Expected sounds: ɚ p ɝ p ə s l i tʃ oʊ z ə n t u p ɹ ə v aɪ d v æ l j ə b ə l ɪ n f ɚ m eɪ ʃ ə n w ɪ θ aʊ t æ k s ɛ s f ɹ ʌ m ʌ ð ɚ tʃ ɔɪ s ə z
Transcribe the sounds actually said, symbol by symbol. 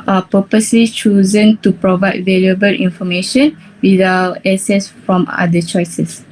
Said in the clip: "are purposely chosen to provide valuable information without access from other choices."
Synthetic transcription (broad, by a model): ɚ p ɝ p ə s l i tʃ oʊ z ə n t u p ɹ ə v aɪ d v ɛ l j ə b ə l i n f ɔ m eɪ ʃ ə n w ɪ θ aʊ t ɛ s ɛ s f ɹ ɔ m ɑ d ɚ tʃ ɔɪ s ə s